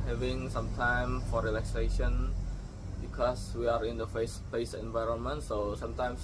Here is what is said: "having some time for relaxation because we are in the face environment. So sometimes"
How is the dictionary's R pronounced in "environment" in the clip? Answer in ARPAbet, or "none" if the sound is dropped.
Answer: R